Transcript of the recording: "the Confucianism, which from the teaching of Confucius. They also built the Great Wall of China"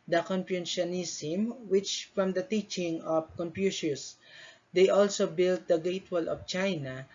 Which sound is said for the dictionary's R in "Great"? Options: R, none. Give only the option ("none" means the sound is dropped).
none